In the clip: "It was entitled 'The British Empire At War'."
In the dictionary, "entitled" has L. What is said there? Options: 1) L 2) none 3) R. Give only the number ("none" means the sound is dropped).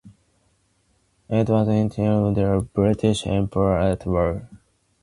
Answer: 2